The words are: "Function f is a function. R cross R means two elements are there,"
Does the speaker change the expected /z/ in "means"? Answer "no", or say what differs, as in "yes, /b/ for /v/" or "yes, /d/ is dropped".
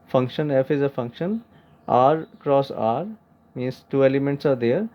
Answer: yes, /s/ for /z/